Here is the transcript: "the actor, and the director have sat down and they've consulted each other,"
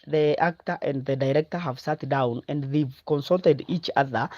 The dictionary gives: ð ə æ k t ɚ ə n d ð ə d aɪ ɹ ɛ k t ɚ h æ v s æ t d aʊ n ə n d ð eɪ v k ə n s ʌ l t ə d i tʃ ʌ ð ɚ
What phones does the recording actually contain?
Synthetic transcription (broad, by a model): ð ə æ k t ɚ ə n d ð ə d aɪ ɹ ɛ k t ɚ h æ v s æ t d aʊ n ə n d ð eɪ v k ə n s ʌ l t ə d i tʃ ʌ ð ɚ